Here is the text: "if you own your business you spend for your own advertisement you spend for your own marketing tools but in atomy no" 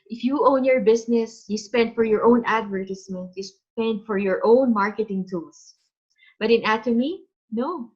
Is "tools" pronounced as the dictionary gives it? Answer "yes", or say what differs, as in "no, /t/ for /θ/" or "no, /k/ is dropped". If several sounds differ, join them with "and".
no, /s/ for /z/